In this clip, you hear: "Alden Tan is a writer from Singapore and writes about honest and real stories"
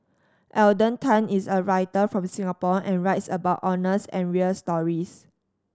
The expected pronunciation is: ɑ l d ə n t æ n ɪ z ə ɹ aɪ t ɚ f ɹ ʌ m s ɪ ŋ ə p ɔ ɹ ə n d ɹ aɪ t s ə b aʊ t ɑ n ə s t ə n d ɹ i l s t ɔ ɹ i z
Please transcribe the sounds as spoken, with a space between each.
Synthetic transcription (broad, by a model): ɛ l d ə n t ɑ n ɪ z ə ɹ aɪ t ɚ f ɹ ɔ m s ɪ ŋ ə p ɔ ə n ɹ aɪ t s ə b aʊ t ɑ n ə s ə n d ɹ i l s t ɔ ɹ i s